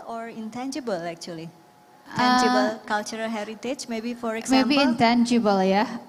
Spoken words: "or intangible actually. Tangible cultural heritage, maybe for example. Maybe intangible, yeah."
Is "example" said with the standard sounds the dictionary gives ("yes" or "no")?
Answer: no